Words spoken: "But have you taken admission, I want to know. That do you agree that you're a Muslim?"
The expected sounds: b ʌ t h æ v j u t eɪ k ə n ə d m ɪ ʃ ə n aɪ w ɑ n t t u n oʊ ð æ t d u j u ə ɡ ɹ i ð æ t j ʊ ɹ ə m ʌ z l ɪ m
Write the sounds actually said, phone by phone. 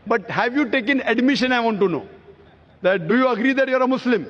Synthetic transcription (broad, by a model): b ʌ t h æ v j u t eɪ k ə n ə d m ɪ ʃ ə n aɪ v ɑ n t t u n oʊ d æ t d u j u ə ɡ ɹ i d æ t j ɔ ɹ ə m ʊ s l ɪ m